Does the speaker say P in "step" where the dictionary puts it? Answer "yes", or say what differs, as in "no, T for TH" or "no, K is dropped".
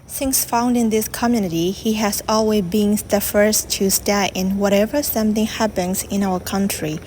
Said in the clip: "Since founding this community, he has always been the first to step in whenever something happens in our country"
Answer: no, P is dropped